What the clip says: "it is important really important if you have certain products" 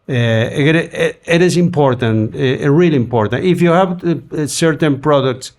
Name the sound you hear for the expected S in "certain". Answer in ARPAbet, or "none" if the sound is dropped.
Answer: S